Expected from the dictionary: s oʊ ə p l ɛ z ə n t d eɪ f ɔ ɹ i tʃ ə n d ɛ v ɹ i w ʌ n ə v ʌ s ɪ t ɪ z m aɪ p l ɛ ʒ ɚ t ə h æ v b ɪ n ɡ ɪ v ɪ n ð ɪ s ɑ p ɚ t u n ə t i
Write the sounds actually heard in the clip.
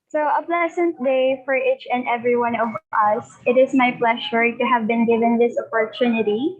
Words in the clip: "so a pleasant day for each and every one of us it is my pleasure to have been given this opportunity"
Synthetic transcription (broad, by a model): s oʊ ə p l ɛ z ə n t d eɪ f ɔ ɹ i tʃ ə n d ɛ v ɹ i w ʌ n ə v ʌ s ɪ t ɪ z m aɪ p l ɛ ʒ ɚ t ə h æ v b ɪ n ɡ ɪ v ɪ n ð ɪ s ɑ p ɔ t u n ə t i